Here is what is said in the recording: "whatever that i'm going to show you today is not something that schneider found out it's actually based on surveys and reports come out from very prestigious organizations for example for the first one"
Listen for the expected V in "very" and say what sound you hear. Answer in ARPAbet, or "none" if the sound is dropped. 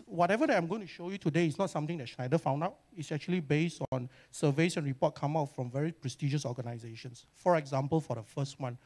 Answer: V